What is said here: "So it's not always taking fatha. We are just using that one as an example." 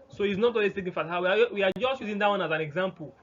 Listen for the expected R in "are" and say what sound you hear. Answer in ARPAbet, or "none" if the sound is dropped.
W